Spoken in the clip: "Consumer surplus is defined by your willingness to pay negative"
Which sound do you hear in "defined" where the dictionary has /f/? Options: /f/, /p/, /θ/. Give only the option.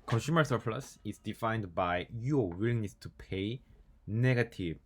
/f/